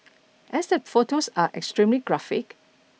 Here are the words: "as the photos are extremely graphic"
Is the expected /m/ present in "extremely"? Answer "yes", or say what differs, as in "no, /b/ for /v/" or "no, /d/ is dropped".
yes